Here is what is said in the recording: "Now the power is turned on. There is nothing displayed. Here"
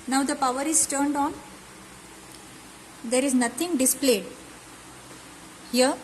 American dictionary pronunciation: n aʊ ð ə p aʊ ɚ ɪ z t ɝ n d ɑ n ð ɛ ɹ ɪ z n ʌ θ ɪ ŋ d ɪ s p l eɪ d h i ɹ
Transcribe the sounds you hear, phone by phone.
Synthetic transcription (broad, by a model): n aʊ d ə p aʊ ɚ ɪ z t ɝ n d ɑ n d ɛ ɹ ɪ z n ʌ t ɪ ŋ d ɪ s p l eɪ d h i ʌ